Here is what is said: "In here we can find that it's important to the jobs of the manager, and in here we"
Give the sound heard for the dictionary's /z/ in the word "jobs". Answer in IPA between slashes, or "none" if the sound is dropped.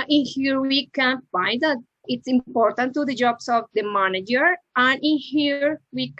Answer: /s/